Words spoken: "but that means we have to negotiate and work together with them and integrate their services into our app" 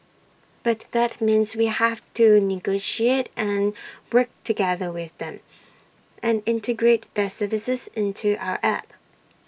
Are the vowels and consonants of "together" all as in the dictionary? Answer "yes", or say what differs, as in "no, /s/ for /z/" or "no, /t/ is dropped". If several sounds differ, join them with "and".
yes